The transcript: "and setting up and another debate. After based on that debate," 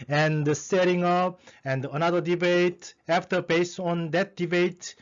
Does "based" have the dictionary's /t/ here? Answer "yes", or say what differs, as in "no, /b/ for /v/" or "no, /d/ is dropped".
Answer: no, /t/ is dropped